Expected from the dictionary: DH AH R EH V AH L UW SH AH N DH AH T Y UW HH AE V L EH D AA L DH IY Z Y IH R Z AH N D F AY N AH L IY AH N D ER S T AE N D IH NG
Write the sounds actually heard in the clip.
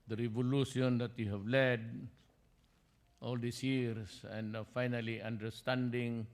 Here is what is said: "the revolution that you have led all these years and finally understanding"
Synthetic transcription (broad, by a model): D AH R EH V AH L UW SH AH N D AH T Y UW HH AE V L EH D AA L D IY S Y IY R S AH N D F AY N AH L IY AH N D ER S T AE N D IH NG